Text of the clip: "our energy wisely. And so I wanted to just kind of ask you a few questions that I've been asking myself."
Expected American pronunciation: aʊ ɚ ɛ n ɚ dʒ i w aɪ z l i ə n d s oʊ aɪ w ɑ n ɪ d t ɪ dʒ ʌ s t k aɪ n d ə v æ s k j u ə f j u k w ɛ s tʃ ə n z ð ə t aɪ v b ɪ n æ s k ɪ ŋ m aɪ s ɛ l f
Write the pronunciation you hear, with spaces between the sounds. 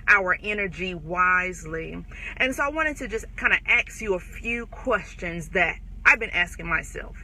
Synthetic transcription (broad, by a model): aʊ ɚ ɛ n ɚ dʒ i w aɪ z l i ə n s oʊ aɪ w ɑ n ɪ d t ɪ dʒ ʌ s t k aɪ n d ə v æ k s j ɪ ə f j u k w ɛ s tʃ ə n z ð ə t aɪ v b ɪ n æ s k ɪ ŋ m aɪ s ɛ l f